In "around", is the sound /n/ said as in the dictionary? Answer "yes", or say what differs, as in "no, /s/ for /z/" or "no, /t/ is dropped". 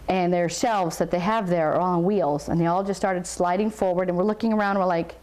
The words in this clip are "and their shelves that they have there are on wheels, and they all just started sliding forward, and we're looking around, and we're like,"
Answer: no, /n/ is dropped